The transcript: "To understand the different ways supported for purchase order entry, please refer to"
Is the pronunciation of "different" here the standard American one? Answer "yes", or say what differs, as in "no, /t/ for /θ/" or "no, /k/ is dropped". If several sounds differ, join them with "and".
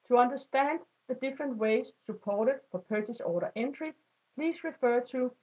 yes